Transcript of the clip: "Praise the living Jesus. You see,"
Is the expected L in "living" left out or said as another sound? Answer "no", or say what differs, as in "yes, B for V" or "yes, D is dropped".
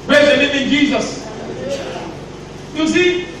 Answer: yes, N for L